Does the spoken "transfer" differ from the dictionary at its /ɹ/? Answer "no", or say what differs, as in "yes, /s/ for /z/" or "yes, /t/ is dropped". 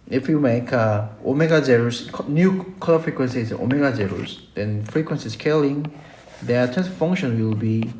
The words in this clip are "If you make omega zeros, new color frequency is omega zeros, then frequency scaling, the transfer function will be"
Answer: yes, /ɹ/ is dropped